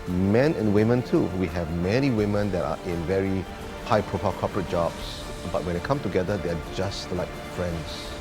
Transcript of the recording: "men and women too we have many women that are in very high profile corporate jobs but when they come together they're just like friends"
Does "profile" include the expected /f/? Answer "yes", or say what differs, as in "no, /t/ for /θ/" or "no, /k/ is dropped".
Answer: no, /p/ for /f/